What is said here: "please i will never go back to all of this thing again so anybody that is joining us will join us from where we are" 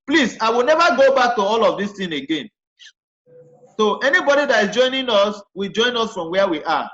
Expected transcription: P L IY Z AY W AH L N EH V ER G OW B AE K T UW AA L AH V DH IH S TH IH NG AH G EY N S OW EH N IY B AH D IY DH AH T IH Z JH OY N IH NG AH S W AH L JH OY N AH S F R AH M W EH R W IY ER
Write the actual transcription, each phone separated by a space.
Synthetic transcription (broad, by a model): P L IY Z AY W AH L N EH V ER G OW B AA K T UW AA L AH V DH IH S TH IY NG AH G EY N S OW EH N IY B AH D IY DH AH T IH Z JH OY N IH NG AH S W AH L JH OY N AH S F R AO M W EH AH W IY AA